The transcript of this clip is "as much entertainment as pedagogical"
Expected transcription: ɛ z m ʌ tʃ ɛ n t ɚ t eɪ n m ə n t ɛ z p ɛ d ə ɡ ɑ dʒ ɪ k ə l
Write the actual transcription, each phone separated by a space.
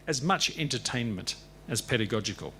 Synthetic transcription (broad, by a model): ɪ z m ʌ tʃ ɛ n t ɚ t eɪ n m ə n t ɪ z p ɛ d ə ɡ ɑ dʒ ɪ k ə l